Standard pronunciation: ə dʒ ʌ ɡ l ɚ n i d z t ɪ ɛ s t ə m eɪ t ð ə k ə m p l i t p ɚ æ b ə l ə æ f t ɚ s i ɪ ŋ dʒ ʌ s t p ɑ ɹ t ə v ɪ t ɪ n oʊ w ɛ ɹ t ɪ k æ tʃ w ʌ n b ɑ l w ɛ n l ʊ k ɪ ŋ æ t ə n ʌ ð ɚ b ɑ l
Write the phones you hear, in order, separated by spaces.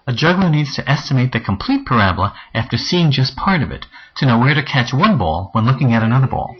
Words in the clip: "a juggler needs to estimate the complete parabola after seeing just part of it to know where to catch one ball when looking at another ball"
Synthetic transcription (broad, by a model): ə dʒ ʌ ɡ l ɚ n i d z t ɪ ɛ s t ə m eɪ t ð ə k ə m p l i t p ɚ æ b l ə æ f t ɚ s i ɪ ŋ dʒ ʌ s p ɑ ɹ t ə v ɪ t ɪ n oʊ w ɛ ɹ t ɪ k æ tʃ w ʌ n b ɑ l w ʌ n l ʊ k ɪ ŋ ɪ t ə n ʌ ð ɚ b ɑ l